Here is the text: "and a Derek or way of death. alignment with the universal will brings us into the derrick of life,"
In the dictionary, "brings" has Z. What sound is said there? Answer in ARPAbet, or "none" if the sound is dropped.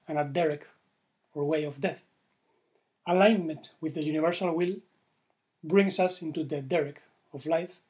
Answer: S